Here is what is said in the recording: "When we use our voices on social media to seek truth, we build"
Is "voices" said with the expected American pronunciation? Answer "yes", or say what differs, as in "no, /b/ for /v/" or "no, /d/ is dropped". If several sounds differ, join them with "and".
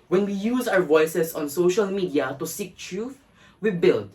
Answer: no, /s/ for /z/